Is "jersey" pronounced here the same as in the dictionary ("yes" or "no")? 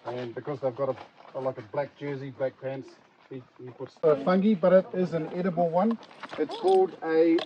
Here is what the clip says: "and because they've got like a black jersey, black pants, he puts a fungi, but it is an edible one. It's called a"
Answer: yes